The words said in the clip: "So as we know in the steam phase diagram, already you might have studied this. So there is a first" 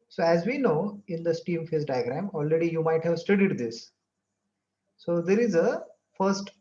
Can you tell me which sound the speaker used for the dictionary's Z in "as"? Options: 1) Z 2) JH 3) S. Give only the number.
1